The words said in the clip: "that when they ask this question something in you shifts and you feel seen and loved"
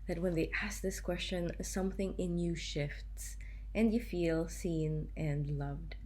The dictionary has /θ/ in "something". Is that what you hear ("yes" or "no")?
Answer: yes